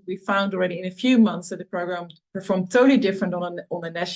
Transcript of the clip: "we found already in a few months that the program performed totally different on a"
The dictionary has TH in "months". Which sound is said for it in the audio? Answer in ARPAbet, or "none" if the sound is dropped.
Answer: TH